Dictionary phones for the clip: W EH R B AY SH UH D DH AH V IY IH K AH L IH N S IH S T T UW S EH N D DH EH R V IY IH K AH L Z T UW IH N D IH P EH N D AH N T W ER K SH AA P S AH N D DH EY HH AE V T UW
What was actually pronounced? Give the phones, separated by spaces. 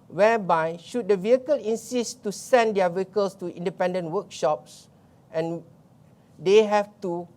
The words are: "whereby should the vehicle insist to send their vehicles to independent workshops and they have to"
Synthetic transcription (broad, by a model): W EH B AY SH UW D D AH V IY IH K AH L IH N S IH S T T UW S EH N D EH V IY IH K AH L S T UW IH N D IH P EH N D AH N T W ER K SH AA P S AH N D EY HH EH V T UW